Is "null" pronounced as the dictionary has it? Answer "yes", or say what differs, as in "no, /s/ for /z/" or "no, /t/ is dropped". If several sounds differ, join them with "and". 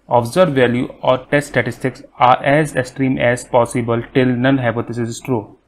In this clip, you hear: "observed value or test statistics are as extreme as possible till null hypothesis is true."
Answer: no, /n/ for /l/